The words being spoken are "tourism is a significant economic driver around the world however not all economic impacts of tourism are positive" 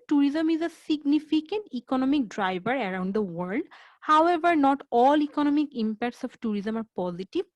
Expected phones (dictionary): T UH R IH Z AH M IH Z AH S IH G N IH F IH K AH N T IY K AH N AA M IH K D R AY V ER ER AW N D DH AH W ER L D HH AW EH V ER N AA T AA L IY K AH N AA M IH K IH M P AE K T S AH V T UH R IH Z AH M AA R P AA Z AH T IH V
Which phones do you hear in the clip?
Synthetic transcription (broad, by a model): T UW R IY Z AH M IH Z AH S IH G N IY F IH K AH N T IY K AH N AA M IH K D R AY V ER ER AW N D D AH W ER L D HH AW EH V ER N AA T AA L IY K AH N AA M IH K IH M P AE K T S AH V T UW R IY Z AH M AA R P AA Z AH T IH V